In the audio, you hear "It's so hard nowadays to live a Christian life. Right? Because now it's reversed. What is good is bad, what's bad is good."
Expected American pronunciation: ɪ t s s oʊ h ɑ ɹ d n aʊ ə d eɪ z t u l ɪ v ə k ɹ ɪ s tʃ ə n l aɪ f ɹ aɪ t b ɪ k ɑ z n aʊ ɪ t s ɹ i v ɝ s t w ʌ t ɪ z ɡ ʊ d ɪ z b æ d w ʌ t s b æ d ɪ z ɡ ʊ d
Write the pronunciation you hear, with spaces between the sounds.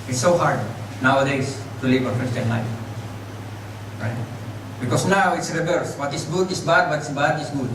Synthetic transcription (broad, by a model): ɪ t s s oʊ h ɑ ɹ d n aʊ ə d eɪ s t u l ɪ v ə k ɹ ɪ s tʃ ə n l aɪ f ɹ aɪ t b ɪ k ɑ s n aʊ ɪ t s ɹ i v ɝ s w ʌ t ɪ s ɡ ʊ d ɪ s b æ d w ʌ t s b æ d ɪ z ɡ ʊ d